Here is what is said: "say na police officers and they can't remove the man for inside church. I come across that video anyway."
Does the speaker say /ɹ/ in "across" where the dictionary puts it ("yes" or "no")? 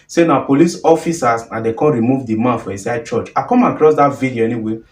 yes